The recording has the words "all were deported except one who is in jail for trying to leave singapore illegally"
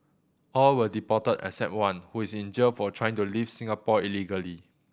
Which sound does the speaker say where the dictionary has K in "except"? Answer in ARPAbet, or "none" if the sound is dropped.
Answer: none